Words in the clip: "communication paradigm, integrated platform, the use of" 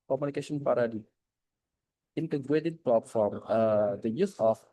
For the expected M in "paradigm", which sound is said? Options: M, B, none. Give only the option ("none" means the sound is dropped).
none